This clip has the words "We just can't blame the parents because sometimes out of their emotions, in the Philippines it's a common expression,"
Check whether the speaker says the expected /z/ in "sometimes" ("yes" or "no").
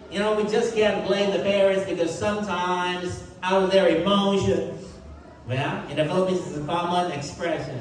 yes